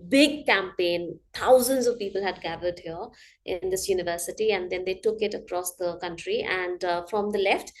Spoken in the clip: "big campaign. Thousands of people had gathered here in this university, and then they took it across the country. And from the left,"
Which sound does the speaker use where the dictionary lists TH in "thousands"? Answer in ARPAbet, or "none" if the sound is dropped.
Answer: T